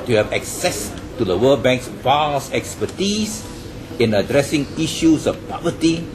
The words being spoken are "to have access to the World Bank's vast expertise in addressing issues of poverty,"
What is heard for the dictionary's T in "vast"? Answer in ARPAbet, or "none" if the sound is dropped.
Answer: none